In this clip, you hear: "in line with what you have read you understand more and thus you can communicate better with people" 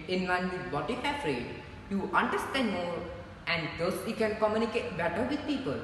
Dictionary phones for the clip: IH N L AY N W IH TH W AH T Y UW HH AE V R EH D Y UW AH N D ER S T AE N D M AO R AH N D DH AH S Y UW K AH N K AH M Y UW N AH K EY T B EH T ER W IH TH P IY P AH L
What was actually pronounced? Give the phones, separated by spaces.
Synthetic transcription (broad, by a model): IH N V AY N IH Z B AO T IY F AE F R EH D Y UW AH N D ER S T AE N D M AO R AH N D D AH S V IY K AH N K AH M Y UW N AH K EY T B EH T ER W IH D P IY P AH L